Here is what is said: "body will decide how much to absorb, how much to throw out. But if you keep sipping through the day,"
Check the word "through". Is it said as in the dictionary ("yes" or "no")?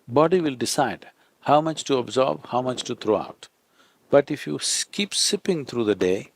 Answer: no